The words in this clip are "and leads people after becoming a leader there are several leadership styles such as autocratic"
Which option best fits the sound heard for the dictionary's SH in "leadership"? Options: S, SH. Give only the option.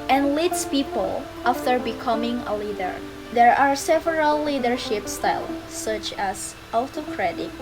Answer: SH